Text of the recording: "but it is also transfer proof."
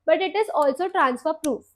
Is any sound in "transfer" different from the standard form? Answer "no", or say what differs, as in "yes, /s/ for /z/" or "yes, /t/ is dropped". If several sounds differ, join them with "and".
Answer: no